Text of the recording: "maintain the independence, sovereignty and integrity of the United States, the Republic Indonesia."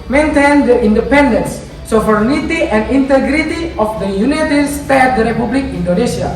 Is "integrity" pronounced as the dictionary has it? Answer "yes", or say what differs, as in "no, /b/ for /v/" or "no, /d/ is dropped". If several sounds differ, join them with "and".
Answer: yes